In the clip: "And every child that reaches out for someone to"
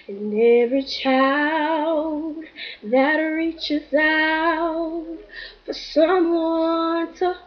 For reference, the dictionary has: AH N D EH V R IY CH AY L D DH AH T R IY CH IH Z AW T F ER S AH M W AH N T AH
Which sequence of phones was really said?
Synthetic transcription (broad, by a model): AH N EH V R IY CH AY L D DH AH T R IY CH IH Z AW T F ER S AH M W AH N T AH